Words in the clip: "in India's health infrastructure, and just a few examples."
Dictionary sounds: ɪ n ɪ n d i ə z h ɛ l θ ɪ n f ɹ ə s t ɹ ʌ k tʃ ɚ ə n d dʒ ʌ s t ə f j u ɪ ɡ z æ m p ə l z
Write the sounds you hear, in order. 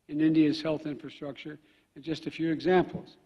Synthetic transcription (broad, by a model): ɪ n ɪ n d i ə z h ɛ l θ ɪ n f ɹ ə s t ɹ ʌ k tʃ ɚ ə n dʒ ʌ s t ə f j u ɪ ɡ z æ m p l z